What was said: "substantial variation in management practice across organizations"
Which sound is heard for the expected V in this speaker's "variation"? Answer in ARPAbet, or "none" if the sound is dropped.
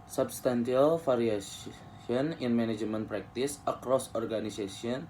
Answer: F